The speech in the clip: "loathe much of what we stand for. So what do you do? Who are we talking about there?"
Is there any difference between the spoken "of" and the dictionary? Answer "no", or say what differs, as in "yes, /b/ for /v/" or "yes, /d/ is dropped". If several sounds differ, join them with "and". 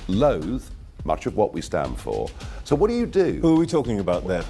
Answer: no